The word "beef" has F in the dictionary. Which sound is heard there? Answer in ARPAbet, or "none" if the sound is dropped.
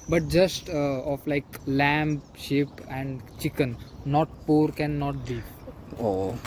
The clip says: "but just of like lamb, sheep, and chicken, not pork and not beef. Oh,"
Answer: P